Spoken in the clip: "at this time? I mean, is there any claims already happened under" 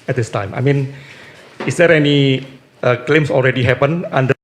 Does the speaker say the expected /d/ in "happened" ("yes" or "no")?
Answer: no